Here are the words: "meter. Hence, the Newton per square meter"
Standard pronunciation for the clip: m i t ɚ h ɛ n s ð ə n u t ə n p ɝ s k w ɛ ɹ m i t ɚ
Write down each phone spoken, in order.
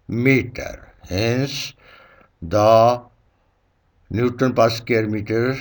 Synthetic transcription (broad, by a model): m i t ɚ h ɛ n s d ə n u t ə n p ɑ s k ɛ ɹ m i t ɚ